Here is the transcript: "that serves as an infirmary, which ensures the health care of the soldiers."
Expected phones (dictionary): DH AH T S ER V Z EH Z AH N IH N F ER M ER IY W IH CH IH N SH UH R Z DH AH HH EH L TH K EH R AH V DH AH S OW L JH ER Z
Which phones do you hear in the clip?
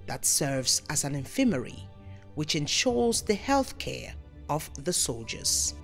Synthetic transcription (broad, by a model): DH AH T S ER V Z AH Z AH N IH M F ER M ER IY W IH CH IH N SH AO R Z DH AH HH EH L TH K EH R AH V DH AH S OW L JH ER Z